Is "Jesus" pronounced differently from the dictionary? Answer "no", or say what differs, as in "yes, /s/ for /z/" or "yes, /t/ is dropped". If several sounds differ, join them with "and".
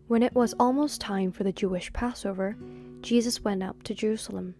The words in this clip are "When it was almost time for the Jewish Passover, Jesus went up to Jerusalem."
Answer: no